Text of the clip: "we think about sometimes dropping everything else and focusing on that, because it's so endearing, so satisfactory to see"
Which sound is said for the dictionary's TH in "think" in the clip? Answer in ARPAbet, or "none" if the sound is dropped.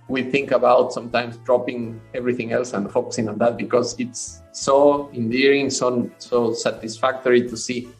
TH